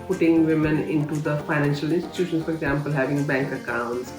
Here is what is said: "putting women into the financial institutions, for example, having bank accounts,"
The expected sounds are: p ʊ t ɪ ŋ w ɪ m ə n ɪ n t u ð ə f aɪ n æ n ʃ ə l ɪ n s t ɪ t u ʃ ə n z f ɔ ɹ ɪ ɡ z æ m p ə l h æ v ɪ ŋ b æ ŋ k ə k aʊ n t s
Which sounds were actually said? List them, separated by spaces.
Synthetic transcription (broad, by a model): p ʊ t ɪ ŋ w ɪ m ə n ɪ n t u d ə f aɪ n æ n ʃ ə l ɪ n s t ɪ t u ʃ ə n s f ɔ ɹ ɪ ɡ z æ m p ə l h æ v ɪ ŋ b æ ŋ k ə k aʊ n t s